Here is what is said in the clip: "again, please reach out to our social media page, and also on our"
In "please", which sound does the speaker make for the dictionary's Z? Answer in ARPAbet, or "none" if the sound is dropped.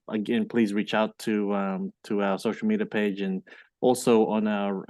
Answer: Z